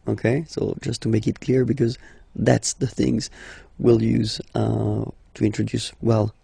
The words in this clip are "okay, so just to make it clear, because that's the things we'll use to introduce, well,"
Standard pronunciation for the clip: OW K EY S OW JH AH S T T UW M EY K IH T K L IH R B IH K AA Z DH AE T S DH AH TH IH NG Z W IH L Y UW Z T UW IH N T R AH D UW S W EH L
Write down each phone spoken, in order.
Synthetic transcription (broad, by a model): OW K EY S OW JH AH S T T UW M EY K IH T K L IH R B IH K AA Z DH AE T S DH AH TH IH NG Z W IH L Y UW Z T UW IH N T R AH D UW S W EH L